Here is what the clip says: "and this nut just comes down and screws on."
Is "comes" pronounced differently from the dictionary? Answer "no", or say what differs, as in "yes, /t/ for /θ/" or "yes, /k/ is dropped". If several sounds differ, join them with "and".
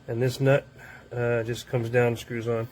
no